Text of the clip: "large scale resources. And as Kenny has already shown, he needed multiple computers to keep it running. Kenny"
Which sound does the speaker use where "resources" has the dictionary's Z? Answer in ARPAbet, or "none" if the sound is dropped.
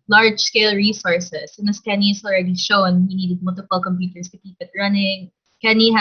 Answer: S